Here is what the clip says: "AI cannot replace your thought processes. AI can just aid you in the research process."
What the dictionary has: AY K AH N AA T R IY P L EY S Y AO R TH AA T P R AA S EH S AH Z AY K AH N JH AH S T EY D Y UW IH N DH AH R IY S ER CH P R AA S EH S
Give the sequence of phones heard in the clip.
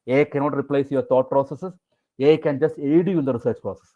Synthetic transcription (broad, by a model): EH K AH N AA T R IY P L EY S Y AO R T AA T P R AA S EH S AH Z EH K AH N JH AH S T EY D Y UW IH N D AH R IY S ER CH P R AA S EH S